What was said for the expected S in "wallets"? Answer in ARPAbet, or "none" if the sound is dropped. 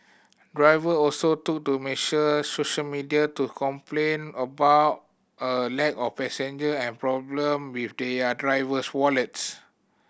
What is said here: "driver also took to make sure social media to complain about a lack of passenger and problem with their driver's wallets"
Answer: S